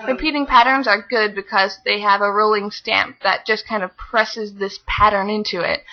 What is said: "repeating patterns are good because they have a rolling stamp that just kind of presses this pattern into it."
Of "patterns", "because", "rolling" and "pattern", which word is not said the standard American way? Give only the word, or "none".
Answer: none